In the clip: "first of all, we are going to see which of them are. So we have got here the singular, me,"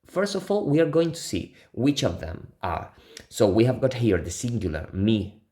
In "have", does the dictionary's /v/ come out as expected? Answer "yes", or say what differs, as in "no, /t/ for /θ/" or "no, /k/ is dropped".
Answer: yes